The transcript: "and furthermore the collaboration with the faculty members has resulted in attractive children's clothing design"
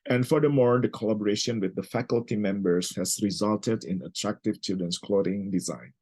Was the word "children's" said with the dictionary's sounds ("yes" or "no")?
no